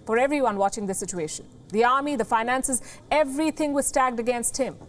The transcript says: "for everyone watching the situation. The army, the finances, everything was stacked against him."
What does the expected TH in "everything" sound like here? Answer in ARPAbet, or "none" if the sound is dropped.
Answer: T